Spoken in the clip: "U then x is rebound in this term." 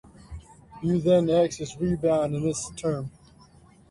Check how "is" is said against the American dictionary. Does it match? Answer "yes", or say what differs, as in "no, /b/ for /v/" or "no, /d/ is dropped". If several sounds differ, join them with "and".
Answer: no, /s/ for /z/